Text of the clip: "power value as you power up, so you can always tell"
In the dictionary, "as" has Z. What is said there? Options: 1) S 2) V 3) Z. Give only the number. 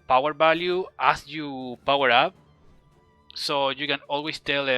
1